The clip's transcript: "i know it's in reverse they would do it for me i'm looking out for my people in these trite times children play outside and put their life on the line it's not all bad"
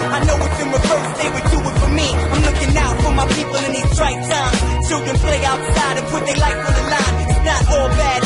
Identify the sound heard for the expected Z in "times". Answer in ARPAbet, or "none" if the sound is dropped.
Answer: none